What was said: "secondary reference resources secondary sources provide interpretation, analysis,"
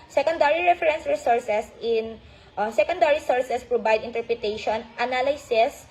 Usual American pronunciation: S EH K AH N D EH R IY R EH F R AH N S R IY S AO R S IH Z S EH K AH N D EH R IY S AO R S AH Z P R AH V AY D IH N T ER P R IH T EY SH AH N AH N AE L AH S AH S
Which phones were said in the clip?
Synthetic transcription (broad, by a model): S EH K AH N D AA R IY R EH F R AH N S R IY S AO R S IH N S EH K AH N D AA R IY S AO R S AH S P R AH B AY D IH N T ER P R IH T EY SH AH N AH N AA L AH S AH S